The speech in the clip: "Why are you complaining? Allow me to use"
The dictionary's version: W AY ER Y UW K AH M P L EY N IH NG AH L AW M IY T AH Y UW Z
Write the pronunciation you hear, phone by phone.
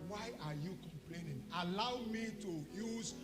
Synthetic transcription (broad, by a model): W AY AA Y UW K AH M P L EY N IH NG AH L AW M IY T AH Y UW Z